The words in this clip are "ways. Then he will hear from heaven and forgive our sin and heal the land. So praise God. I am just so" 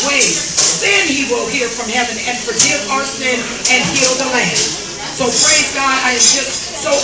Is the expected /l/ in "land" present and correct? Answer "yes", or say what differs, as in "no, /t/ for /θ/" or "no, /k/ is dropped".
yes